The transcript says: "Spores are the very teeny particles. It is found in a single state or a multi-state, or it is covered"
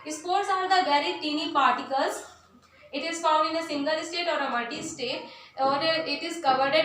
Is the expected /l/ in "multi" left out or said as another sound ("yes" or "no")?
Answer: yes